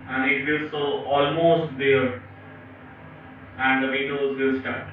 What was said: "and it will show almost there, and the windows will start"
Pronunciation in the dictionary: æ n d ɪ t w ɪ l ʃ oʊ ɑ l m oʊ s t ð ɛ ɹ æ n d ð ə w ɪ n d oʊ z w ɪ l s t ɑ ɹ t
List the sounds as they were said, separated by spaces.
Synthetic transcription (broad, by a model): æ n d ɪ t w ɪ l s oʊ ɑ l m oʊ s t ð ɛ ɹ æ n d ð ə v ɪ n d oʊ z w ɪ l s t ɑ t